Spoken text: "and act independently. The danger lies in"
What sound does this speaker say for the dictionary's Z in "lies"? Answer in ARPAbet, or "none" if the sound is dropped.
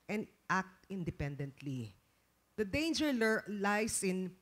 S